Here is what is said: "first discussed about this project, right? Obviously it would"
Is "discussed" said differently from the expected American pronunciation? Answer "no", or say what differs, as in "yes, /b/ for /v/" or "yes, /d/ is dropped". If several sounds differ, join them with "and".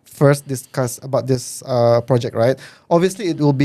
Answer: yes, /t/ is dropped